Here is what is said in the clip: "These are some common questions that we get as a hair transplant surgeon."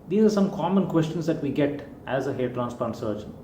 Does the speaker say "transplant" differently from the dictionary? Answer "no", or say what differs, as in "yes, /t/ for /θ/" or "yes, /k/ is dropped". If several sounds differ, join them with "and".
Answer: yes, /l/ is dropped